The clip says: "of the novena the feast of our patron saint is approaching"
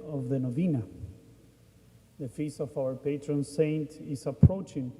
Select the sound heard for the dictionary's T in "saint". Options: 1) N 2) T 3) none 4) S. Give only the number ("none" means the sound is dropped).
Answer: 2